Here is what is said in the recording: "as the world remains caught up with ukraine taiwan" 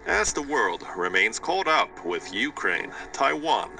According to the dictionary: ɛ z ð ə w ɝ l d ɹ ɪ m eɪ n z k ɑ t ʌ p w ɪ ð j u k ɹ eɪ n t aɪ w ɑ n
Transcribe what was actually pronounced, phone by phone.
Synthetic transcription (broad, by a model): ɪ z ð ə w ɝ l d ɹ ɪ m eɪ n z k ɑ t ʌ p w ɪ ð j u k ɹ eɪ n t aɪ w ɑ n